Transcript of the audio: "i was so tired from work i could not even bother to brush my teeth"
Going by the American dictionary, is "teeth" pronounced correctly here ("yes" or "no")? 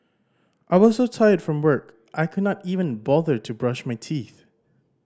yes